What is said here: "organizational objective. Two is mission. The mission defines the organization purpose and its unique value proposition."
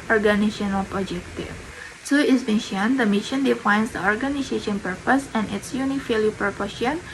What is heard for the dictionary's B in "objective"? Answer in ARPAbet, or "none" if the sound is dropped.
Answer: none